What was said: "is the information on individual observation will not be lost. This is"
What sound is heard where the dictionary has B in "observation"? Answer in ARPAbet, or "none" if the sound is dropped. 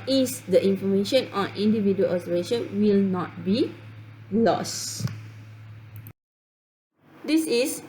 none